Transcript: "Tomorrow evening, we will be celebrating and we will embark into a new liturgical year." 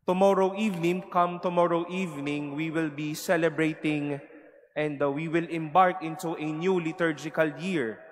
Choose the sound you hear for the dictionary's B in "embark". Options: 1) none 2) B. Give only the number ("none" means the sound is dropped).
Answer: 2